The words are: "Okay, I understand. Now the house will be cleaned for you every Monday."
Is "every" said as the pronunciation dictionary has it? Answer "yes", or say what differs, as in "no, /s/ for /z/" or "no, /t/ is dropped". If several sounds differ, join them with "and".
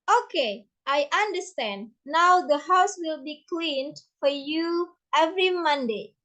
yes